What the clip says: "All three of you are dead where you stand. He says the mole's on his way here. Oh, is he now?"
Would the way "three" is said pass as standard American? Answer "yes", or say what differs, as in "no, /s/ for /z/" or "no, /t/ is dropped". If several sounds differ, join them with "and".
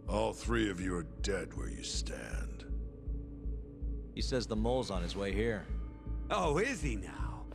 yes